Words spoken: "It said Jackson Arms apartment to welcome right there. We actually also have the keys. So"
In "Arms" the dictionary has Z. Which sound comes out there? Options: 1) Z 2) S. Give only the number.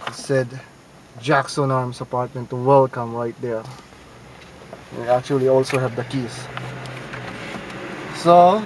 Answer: 2